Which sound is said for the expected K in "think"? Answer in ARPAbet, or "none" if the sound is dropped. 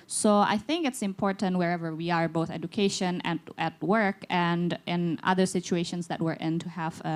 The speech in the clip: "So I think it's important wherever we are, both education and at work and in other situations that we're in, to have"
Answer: K